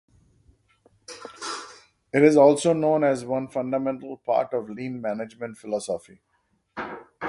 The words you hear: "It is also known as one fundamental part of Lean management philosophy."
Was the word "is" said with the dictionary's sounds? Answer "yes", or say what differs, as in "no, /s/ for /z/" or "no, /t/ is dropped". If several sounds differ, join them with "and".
yes